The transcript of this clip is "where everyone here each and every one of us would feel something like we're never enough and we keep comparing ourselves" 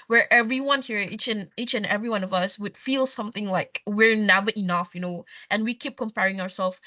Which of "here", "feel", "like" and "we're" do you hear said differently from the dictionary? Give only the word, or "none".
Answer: none